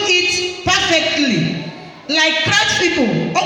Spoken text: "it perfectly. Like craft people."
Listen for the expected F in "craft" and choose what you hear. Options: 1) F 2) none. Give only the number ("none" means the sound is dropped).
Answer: 2